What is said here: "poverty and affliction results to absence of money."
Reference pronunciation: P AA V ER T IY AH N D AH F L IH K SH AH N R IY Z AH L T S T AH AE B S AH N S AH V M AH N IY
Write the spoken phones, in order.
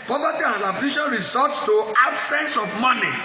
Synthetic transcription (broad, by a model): P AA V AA T IY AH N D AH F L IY SH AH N R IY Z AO T S T AH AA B S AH N S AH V M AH N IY